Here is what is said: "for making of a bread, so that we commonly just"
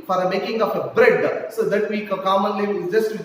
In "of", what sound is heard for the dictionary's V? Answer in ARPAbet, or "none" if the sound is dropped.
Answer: P